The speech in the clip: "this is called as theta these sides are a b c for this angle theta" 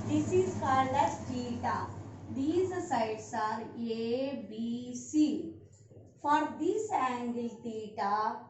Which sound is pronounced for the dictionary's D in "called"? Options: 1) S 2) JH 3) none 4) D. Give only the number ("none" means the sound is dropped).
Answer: 3